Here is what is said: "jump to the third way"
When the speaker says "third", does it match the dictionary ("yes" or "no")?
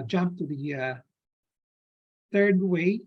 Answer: yes